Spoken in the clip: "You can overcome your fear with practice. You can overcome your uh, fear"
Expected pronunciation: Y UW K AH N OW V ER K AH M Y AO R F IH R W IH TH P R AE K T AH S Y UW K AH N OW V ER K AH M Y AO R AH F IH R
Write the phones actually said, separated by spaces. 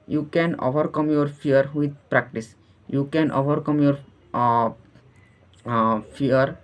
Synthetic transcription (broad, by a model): Y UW K AH N OW V ER K AH M Y AO R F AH R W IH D P R AE K T AH S Y UW K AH N OW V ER K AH M Y AO R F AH R